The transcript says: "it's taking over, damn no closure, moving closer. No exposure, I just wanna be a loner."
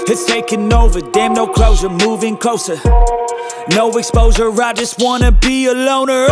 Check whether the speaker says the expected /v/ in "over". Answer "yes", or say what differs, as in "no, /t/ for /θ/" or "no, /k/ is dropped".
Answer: yes